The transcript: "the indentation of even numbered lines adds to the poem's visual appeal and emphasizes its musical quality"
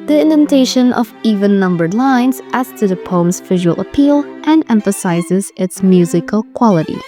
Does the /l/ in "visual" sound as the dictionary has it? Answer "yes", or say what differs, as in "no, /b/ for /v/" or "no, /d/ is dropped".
yes